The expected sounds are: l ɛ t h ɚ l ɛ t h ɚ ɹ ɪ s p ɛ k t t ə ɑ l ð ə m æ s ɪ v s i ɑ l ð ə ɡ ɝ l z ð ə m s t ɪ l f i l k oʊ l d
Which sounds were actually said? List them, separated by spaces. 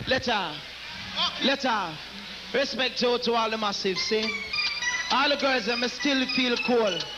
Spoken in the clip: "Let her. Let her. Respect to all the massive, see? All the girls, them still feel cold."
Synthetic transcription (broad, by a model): l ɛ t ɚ l ɛ t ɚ ɹ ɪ s p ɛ k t t ə ɑ l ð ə m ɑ s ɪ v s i ɑ l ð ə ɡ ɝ z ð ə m s t ɪ l f i l k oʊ l